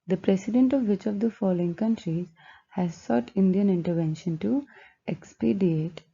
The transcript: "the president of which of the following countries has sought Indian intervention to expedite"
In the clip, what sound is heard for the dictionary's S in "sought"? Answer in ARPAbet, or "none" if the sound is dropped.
S